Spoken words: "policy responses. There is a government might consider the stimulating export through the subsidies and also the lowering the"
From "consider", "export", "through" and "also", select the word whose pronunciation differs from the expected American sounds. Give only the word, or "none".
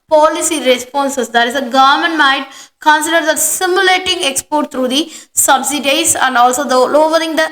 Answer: through